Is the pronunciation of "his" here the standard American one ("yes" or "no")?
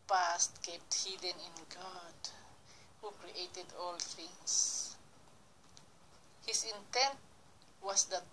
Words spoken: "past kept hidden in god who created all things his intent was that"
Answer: no